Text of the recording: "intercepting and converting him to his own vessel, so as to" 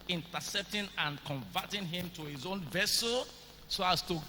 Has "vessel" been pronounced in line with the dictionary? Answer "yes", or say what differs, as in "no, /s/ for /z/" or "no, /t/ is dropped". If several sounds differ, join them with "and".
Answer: yes